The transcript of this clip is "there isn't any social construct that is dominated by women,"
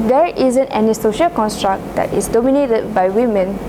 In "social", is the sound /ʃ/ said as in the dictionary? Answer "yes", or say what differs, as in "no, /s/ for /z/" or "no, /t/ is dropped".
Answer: yes